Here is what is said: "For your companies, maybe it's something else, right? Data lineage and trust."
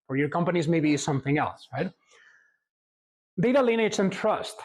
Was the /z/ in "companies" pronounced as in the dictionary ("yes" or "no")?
yes